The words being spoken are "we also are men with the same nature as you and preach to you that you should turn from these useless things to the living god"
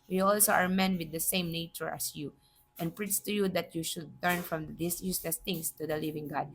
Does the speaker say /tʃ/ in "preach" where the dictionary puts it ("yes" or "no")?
no